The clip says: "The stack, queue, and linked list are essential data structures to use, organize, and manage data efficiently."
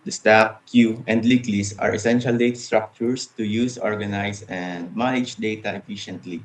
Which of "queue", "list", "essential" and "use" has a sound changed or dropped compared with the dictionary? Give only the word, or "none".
list